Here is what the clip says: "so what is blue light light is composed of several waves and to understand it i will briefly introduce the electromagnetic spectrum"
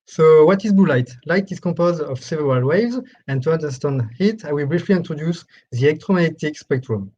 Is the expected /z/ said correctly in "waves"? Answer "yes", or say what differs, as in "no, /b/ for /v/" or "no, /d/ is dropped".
yes